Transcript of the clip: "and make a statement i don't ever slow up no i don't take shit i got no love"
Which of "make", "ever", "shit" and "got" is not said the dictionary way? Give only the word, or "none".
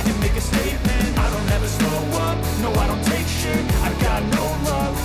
shit